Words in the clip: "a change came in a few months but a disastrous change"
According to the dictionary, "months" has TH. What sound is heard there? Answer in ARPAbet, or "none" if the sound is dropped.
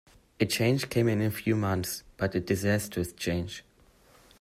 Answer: TH